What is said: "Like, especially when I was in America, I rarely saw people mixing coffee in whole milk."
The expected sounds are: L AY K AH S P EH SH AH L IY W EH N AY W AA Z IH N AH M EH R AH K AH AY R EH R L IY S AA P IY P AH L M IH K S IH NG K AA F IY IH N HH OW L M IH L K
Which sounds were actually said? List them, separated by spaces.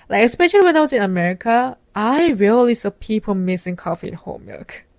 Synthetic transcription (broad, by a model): L AY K AH S P EH SH AH L IY W EH N AY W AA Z IH N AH M EH R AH K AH AY R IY L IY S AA P IY P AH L M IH S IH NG K AA F IY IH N HH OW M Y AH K